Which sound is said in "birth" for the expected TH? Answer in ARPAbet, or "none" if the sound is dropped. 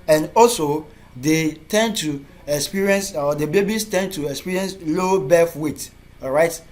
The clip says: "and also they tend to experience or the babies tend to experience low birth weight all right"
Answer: F